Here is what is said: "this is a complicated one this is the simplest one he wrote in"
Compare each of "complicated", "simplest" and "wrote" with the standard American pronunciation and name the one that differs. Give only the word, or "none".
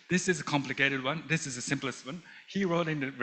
none